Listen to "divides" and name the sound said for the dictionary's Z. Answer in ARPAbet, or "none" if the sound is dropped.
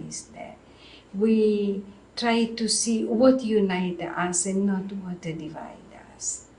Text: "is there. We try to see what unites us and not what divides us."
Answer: none